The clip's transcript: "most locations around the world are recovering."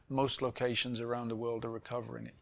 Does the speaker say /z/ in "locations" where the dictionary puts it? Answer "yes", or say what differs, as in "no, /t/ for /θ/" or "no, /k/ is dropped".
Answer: yes